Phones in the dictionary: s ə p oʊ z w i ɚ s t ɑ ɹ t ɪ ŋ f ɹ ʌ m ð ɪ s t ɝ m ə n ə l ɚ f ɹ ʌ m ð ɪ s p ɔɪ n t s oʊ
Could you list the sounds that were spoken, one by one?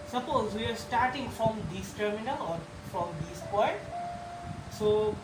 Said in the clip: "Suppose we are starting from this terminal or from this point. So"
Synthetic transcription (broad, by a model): s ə p oʊ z w i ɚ s t ɑ ɹ t ɪ ŋ f ɹ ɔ m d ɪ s t ɝ m ə n ə l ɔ f ɹ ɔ m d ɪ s p ɔɪ n t s oʊ